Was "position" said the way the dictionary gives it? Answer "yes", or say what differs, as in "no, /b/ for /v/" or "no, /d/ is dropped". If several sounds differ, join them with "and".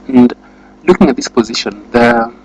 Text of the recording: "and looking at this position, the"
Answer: yes